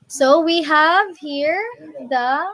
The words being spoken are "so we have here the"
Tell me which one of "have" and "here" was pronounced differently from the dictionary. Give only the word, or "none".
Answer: none